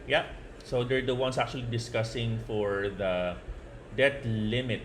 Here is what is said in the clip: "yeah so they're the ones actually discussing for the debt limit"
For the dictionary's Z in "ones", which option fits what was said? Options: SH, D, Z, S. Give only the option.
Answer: S